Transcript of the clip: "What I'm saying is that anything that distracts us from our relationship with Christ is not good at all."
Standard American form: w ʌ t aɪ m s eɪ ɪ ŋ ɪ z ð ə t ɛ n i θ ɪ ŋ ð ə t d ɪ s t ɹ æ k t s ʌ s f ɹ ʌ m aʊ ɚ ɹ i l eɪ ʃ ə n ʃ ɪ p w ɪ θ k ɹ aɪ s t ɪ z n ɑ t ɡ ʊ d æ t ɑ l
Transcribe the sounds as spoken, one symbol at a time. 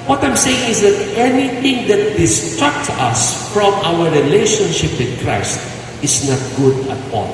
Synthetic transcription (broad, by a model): w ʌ t aɪ m s eɪ ɪ ŋ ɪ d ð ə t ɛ n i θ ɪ ŋ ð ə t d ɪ s t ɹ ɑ k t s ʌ s f ɹ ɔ m aʊ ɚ ɹ i l eɪ ʃ ə n ʃ ɪ p w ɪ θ k ɹ aɪ s t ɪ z n ɑ t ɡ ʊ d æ t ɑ l